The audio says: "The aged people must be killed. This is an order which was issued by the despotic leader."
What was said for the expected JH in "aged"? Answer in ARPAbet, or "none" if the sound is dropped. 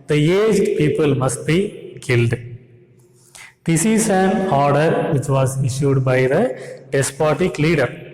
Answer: JH